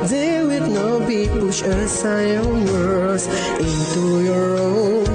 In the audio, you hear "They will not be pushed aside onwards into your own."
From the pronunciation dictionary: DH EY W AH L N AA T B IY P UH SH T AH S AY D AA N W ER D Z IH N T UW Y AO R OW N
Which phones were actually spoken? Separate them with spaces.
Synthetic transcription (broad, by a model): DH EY W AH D N AA T B IY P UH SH AH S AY AA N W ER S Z IH N T UW Y AO R OW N